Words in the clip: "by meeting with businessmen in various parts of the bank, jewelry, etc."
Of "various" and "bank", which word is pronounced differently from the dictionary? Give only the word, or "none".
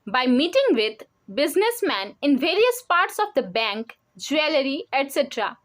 none